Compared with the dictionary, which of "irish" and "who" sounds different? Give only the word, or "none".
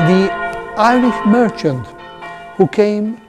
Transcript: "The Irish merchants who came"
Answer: irish